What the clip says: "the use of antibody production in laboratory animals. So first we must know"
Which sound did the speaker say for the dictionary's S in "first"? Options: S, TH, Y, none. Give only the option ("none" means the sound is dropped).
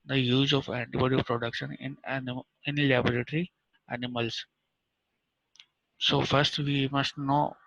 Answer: S